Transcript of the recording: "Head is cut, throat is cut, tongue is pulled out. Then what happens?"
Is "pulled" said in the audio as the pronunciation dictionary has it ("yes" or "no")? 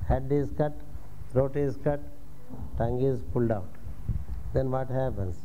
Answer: yes